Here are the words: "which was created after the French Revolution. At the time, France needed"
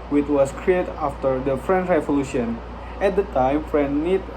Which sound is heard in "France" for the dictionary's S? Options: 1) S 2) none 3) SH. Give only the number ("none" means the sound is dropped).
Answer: 2